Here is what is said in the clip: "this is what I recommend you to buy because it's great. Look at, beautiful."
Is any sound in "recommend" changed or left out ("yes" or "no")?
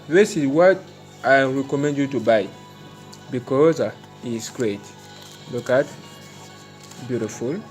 no